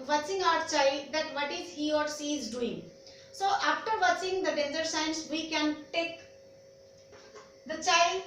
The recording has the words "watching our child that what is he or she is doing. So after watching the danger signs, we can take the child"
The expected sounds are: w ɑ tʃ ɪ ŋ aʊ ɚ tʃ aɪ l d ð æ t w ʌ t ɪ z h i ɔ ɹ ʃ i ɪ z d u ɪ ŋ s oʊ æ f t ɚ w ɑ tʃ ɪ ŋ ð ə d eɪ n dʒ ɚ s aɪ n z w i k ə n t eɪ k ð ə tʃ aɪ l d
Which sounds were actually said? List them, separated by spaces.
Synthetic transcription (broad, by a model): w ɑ tʃ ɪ ŋ aʊ ɚ tʃ aɪ l d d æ t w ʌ t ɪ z h i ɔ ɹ s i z d u ɪ ŋ s oʊ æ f t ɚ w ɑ tʃ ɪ ŋ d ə d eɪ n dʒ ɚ s aɪ n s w i k ə n t eɪ k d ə tʃ aɪ l d